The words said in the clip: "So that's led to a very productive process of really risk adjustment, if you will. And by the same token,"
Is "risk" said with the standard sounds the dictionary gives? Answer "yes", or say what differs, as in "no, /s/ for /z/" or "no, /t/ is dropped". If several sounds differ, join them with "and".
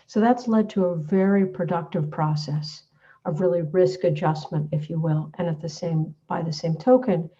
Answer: yes